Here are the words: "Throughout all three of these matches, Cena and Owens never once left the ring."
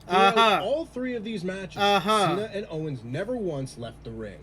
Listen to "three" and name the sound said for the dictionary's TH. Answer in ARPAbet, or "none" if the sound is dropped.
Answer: TH